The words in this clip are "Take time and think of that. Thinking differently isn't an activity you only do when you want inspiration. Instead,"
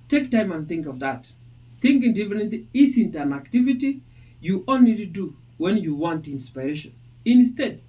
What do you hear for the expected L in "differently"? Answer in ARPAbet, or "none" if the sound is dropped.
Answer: none